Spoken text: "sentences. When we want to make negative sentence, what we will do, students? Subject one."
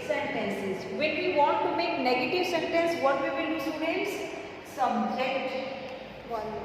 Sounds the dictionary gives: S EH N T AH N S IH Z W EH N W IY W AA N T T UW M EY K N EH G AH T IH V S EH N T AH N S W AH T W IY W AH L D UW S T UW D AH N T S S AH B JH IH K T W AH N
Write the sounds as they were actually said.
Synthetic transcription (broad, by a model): S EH N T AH N S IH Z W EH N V IY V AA N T T UW M EY K N EH G AH T IH V S EH N T AH N S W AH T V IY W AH N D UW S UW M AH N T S S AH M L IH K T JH